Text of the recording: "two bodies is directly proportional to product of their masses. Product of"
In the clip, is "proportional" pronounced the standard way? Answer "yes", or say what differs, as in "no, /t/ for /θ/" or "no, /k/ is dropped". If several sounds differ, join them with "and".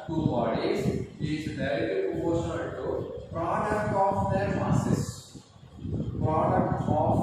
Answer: no, /n/ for /l/